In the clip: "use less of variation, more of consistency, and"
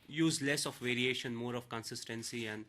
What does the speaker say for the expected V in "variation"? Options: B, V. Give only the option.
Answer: V